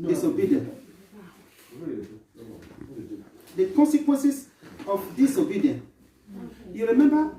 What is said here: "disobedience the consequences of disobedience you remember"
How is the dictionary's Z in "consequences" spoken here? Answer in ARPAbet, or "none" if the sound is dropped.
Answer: S